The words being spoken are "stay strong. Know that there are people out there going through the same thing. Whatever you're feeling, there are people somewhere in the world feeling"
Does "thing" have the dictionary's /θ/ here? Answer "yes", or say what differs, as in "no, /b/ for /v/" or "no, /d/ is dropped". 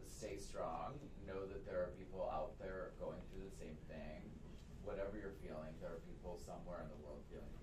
yes